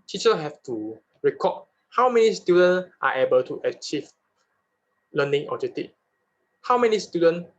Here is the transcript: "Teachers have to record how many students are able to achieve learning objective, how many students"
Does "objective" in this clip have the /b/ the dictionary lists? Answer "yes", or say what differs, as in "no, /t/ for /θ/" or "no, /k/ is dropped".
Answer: no, /b/ is dropped